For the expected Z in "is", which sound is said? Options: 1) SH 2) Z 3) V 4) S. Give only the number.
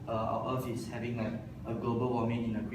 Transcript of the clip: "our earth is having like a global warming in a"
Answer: 4